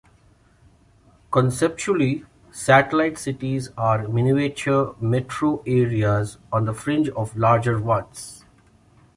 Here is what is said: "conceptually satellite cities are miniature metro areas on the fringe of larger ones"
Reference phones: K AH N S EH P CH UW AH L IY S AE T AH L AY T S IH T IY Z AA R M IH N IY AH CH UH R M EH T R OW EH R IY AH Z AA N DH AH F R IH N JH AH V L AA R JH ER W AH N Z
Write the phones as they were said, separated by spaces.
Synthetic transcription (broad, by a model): K AH N S EH P CH UW AH L IY S AE T AH L AY T S IH T IY Z AA R M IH N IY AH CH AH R M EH T R OW EH R IY AH Z AA N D AH F R IH N JH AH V L AA R JH ER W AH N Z